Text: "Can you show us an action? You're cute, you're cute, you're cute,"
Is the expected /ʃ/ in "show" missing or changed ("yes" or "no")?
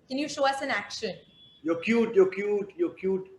no